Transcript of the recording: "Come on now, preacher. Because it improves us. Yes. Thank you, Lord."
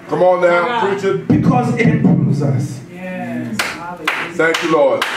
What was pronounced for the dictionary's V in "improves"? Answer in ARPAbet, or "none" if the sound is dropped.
none